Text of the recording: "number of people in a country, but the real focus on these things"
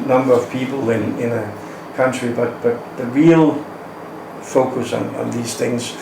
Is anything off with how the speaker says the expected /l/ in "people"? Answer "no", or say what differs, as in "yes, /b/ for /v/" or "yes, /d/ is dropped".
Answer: yes, /n/ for /l/